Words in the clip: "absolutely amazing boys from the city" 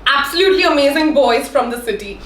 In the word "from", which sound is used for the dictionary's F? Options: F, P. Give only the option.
F